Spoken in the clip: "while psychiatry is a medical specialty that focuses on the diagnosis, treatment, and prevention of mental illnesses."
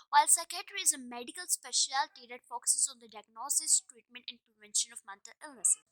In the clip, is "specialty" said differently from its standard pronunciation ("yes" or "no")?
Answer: no